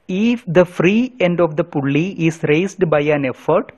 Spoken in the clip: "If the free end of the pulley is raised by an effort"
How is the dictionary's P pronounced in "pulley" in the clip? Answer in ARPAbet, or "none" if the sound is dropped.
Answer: P